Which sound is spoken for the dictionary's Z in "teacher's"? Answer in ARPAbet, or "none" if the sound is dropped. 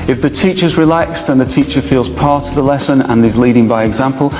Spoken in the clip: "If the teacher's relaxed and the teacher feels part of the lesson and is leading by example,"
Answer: Z